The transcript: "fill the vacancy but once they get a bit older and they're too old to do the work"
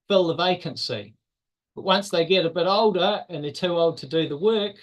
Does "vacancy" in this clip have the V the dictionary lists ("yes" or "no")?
yes